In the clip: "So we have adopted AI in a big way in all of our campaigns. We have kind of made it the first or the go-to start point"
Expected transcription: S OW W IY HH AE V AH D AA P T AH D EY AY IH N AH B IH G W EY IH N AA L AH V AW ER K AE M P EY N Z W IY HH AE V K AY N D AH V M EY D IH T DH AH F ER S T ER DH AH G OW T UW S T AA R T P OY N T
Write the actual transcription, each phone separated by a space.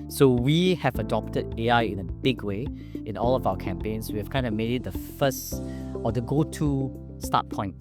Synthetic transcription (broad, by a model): S OW W IY HH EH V AH D AA P T AH D EY AY IH N AH B IH G W EY IH N AA L AH V AW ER K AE M P EY N S W IY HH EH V K AY N D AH M EY D IH T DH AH F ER S T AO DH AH G OW T UW S T AA T P OY N T